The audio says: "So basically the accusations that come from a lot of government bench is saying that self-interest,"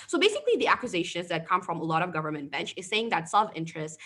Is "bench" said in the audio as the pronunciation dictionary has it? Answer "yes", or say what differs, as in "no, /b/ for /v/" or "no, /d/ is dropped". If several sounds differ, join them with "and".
yes